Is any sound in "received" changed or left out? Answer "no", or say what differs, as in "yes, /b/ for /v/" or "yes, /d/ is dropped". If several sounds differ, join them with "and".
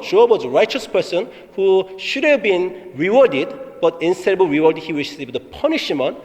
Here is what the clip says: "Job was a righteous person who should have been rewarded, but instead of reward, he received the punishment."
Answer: yes, /w/ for /ɹ/ and /ʃ/ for /s/